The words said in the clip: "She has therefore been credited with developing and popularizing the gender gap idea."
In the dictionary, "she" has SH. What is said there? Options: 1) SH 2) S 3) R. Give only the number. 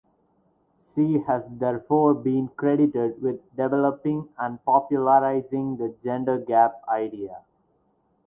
2